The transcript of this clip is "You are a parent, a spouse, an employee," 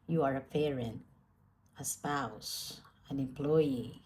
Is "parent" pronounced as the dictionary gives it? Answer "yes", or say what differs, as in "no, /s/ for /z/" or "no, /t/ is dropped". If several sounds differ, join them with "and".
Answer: no, /t/ is dropped